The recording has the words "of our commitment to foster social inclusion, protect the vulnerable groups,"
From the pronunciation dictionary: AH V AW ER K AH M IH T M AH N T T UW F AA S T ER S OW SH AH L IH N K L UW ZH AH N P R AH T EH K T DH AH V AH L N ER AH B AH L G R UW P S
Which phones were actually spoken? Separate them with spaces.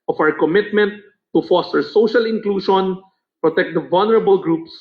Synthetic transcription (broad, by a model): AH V AW ER K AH M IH T M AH N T T UW F AA S T ER S OW SH AH L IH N K L UW SH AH N P R AH T EH K T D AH V AH L N ER AH B AH L G R UW P S